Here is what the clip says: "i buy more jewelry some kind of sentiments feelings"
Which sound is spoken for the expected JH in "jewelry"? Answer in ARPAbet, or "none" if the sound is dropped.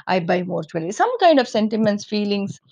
CH